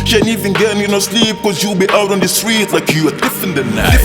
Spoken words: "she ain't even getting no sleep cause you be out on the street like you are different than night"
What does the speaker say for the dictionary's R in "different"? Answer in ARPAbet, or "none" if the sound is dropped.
none